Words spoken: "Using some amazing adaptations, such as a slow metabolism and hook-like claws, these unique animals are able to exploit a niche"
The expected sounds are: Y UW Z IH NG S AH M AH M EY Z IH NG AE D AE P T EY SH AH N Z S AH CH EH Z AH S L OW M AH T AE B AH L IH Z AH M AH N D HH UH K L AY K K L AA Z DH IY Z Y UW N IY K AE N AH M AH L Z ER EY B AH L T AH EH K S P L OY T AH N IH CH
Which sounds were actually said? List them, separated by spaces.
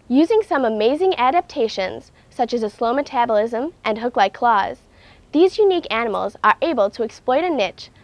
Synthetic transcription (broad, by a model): Y UW Z IH NG S AH M AH M EY Z IH NG AE D AE P T EY SH AH N Z S AH CH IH Z AH S L OW M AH T AE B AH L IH Z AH M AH N HH UH K L AY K K L AA Z DH IY Z Y UW N IY K AE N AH M L Z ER EY B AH L T AH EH K S P L OY T AH N IH CH